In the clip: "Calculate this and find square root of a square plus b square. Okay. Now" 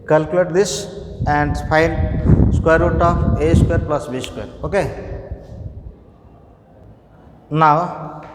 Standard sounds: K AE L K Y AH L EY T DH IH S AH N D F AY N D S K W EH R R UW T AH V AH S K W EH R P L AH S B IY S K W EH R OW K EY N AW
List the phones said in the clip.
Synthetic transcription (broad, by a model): K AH L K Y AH L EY T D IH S AH N D P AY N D S K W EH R R UW T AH P AH S K W EH R P L AH S B IY S K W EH R OW K EY N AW